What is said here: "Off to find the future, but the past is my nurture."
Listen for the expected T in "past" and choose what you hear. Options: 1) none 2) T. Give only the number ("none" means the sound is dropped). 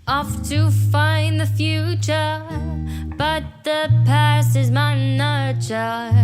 1